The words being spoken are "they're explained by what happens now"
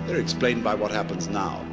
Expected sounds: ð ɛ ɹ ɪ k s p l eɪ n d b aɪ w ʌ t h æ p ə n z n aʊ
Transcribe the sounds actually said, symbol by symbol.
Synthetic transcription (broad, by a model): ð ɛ ɹ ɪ k s p l eɪ n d b aɪ w ʌ t h æ p ə n z n aʊ